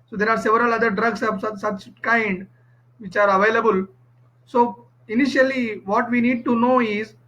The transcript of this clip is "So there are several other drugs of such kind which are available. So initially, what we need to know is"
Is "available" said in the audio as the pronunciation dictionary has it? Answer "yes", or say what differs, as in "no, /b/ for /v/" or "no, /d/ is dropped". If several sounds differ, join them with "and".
yes